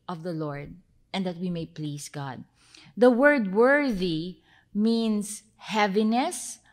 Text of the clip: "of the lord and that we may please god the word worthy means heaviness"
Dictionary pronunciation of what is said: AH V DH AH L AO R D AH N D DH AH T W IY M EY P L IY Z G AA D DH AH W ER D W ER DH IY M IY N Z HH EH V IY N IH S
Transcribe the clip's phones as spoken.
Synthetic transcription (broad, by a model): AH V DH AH L AO R D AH N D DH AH T W IY M EY P L IY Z G AA D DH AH W ER D W ER DH IY M IY N S HH EH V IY N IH S